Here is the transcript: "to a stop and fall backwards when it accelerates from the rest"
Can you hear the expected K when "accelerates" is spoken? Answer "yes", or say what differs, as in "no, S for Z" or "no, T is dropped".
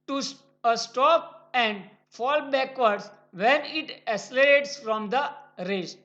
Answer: no, K is dropped